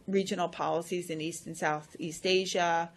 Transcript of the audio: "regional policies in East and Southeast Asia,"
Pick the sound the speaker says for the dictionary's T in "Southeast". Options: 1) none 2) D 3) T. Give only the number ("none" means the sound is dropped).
3